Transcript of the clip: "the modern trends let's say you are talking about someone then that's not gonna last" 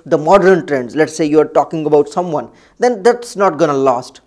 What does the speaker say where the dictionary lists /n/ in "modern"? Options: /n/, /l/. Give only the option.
/n/